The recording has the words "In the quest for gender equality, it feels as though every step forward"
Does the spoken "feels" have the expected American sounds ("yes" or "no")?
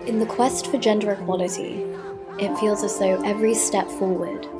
yes